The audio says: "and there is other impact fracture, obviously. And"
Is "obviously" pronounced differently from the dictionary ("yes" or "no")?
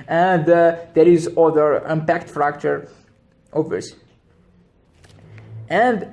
yes